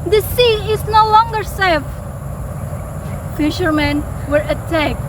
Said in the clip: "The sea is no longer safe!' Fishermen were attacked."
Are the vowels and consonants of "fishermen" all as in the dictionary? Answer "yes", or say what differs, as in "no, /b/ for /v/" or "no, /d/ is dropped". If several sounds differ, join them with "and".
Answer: yes